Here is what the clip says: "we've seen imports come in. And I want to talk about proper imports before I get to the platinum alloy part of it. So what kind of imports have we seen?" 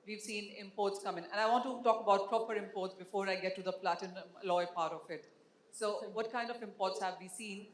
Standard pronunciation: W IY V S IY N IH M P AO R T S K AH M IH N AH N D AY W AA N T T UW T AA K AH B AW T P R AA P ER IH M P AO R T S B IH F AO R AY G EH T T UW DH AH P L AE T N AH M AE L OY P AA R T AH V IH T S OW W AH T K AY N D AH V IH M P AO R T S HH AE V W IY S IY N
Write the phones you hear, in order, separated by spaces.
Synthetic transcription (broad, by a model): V IY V S IY N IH M P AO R T S K AH M IH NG AH N D AY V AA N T T UW T AA K AH B AW T P R AA P ER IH M P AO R T S B IH F AO R AY G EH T T UW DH AH P L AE T AH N L OY P AA R T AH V IH T S OW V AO T K AY N D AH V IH M P AO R T S HH AE V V IY S IY N